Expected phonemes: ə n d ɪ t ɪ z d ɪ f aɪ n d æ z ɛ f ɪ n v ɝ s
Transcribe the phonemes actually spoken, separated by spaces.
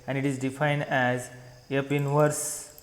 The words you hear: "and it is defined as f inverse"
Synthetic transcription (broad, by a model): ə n d ɪ t ɪ z d ɪ f aɪ n d æ z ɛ p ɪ n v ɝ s